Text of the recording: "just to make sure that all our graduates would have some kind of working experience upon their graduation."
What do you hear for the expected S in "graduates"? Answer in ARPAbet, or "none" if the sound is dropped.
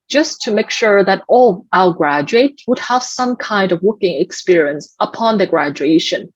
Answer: none